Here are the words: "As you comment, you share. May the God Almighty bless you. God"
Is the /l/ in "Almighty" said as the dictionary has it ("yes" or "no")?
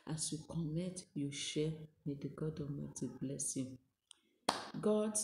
no